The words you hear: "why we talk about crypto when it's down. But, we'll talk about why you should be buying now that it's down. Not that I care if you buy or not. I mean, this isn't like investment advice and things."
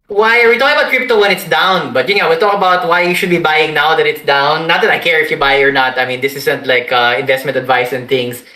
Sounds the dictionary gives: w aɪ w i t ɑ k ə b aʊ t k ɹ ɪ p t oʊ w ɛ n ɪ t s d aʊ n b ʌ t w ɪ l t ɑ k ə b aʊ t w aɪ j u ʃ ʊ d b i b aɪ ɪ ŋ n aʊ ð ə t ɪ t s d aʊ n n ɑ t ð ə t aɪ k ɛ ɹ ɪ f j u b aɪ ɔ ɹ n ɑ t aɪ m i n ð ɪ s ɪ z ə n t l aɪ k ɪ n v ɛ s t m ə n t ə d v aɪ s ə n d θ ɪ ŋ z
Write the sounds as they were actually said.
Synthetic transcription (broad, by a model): w aɪ w i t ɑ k ə b aʊ t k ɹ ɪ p t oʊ w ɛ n ɪ t s d aʊ n b ʌ t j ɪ w t ɑ k ə b aʊ t w aɪ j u ʃ ʊ d b i b aɪ ɪ ŋ n aʊ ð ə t ɪ t s d aʊ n n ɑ t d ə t aɪ k ɛ ɹ ɪ f j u b aɪ ɔ ɹ n ɑ t aɪ m i n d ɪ s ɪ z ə n t l aɪ k ɪ n v ɛ s t m ə n t ə d v aɪ s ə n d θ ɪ ŋ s